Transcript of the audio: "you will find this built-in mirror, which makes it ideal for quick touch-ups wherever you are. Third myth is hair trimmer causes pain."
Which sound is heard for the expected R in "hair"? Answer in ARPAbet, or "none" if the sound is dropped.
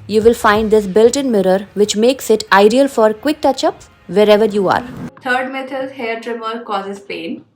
R